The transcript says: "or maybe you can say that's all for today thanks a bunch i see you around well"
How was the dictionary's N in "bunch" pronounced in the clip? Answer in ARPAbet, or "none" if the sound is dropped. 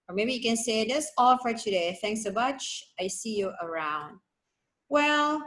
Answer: none